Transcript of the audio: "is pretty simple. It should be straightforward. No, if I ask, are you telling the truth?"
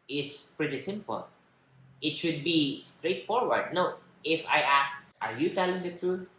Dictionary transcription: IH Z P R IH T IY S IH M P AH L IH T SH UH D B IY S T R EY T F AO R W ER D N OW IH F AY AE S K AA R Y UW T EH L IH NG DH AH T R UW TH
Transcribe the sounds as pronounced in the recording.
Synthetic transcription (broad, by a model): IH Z P R IH T IY S IH M P AH L IH T SH UH D B IY S T R EY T F AO R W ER D N OW IH F AY AE S K AA R Y UW T EH L IH NG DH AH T R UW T